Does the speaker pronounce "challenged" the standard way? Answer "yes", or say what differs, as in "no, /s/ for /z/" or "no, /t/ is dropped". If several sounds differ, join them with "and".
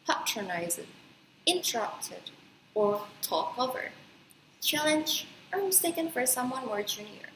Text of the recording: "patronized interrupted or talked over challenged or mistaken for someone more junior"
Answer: no, /d/ is dropped